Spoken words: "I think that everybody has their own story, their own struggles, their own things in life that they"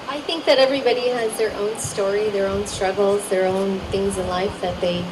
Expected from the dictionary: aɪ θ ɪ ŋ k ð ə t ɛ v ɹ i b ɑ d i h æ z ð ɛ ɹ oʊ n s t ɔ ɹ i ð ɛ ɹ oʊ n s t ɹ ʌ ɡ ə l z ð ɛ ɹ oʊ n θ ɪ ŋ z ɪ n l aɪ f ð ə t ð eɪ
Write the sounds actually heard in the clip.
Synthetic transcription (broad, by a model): aɪ θ ɪ ŋ k ð ə t ɛ v ɹ i b ɑ d i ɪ z ð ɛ ɹ oʊ n s t ɔ ɹ i ð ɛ ɹ oʊ n s t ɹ ʌ ɡ l z ð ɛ ɹ oʊ n θ ɪ ŋ z ɪ n l aɪ f ð ə t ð eɪ